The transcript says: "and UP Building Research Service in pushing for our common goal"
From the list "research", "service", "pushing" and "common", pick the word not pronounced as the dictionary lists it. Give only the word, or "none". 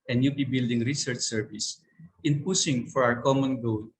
pushing